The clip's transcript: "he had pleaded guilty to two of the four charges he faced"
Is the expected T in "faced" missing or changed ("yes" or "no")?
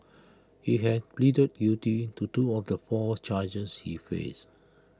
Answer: yes